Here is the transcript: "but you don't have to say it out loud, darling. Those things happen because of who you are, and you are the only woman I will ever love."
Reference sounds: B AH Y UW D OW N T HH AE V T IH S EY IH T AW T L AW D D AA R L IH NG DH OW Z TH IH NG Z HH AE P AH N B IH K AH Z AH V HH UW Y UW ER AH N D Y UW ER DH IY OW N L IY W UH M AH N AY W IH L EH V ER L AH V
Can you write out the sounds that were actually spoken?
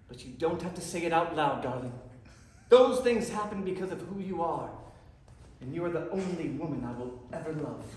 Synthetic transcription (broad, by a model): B AH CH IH D OW N T HH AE F T IH S EY IH T AW T L AW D D AA R L IH NG DH OW Z TH IH NG Z HH AE P AH N B IH K AH Z AH V HH UW Y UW ER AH N Y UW ER DH IY OW N L IY W UH M AH N AY W IH L EH V ER L AH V